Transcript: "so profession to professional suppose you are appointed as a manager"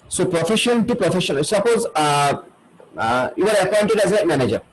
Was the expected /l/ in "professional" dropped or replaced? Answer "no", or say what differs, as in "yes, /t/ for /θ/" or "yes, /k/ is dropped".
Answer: yes, /n/ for /l/